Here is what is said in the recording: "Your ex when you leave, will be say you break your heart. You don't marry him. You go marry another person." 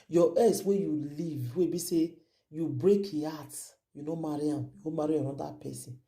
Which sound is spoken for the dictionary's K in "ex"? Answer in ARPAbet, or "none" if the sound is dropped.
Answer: none